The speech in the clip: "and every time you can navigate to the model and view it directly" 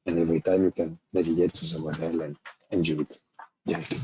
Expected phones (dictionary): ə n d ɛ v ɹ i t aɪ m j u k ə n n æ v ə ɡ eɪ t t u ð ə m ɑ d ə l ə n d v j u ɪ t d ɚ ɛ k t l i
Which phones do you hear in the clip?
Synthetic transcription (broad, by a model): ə n ɛ v ɹ i t aɪ m j u k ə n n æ v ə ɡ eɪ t s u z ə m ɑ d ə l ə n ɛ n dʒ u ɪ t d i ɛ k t